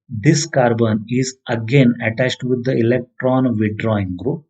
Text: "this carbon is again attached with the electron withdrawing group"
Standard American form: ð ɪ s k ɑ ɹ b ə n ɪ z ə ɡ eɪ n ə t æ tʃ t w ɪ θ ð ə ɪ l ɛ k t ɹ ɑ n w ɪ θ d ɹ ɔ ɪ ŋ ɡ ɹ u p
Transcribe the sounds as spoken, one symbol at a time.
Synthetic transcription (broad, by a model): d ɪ s k ɑ ɹ b ə n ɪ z ə ɡ eɪ n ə t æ tʃ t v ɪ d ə ɪ l ɛ k t ɹ ɑ n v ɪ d ɹ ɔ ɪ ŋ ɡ ɹ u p